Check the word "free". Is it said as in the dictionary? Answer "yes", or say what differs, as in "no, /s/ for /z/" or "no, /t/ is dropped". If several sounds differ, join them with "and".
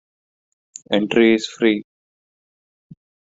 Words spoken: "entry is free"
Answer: yes